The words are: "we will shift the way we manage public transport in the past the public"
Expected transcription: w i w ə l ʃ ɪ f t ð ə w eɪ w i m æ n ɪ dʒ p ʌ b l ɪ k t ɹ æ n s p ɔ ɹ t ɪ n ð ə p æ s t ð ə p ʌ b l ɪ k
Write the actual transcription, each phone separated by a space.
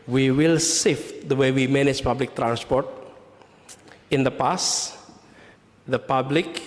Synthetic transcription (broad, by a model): w i w ə l s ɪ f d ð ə w eɪ w i m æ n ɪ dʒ p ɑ b l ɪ k t ɹ æ n s p ɔ ɹ t ɪ n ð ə p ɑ s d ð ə p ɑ b l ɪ k